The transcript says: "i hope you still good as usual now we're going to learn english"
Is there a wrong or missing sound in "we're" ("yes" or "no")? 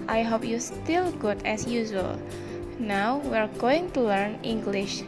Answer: no